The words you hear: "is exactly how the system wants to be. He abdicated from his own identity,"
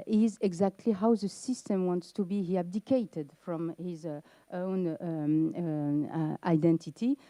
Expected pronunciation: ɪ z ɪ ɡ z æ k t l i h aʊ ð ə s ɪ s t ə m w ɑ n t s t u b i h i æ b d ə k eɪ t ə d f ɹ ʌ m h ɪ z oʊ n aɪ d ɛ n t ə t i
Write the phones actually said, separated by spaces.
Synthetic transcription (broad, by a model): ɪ z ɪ ɡ z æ k t l i h aʊ ð ə s ɪ s t ə m w ɑ n t s t u b i h i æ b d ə k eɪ t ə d f ɹ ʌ m h ɪ z oʊ n aɪ d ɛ n t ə t i